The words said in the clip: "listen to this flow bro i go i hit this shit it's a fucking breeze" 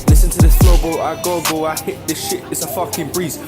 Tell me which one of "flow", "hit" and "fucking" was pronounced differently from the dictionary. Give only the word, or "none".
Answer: flow